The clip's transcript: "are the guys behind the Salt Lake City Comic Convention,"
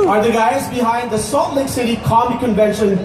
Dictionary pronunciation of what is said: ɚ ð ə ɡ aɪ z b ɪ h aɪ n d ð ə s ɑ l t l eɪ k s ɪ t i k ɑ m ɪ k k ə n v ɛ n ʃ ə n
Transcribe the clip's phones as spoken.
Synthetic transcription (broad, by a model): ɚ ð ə ɡ aɪ z b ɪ h aɪ n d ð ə s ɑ t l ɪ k s ɪ t i k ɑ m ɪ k k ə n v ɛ n ʃ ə n